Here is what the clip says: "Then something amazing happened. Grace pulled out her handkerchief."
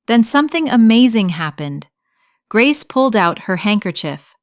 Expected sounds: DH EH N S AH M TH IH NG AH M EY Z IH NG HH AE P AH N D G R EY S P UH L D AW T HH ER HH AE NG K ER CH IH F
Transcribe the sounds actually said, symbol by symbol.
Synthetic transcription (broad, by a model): DH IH N S AH M TH IH NG AH M EY Z IH NG HH AE P AH N D G R EY S P UH L D AW T HH ER HH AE NG K ER CH IH F